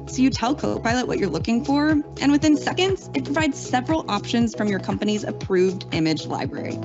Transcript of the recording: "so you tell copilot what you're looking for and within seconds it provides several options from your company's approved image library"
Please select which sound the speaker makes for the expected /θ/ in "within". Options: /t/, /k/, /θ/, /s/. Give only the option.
/θ/